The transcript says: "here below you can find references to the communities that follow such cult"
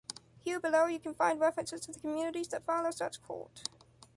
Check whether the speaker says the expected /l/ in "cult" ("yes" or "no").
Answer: no